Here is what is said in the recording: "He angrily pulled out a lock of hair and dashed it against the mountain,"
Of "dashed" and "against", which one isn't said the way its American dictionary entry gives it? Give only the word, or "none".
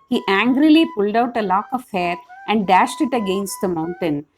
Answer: none